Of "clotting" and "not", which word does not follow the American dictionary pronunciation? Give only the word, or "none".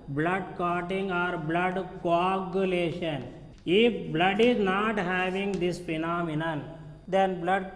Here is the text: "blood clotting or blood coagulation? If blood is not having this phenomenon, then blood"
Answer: clotting